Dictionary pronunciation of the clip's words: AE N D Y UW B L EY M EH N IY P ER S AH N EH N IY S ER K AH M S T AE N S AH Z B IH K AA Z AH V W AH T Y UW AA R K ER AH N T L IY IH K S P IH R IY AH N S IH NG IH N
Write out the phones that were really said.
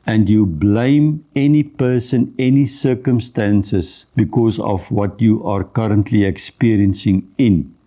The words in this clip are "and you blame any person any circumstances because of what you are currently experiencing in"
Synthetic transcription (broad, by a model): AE N D Y UW B L EY M EH N IY P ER S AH N EH N IY S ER K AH M S T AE N S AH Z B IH K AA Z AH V W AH T Y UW AA R K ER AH N T L IY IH K S P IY R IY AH N S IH NG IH N